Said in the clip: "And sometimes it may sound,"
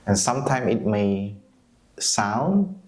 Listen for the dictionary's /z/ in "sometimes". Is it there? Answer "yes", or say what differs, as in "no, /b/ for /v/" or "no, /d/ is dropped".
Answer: no, /z/ is dropped